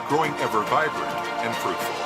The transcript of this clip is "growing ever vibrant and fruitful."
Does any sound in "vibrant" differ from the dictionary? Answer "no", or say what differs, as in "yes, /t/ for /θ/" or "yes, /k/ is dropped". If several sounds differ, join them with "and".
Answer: yes, /t/ is dropped